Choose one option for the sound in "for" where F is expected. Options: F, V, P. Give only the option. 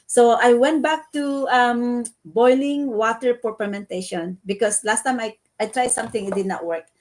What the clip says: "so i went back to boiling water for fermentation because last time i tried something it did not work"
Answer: P